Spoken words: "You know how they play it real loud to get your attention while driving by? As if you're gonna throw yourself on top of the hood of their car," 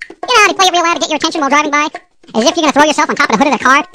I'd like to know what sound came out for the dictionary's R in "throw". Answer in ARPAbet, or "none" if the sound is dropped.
R